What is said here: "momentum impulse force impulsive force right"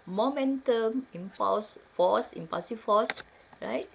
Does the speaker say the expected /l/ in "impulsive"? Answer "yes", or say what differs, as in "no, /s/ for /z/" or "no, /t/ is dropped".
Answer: no, /l/ is dropped